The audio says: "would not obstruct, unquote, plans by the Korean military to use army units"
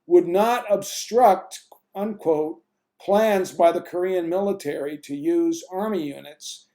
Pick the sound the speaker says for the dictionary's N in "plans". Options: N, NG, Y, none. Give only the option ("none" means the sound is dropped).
N